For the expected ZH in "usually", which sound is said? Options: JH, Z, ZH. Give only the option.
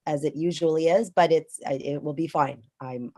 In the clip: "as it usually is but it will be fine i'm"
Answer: ZH